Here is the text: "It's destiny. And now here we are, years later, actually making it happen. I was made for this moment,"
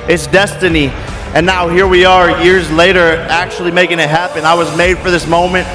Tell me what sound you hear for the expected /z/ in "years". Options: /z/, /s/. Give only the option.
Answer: /z/